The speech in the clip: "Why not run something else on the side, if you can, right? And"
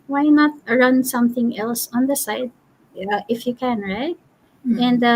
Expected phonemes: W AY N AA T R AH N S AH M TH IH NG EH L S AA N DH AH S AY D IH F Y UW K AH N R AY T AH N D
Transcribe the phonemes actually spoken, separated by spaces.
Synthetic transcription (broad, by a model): W AY N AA T R AH N S AH M TH IH NG EH L S AA N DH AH S AY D IH F Y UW K AH N R AY T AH N D